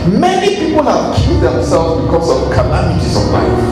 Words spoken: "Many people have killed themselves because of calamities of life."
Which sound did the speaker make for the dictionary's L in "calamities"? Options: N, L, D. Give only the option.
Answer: N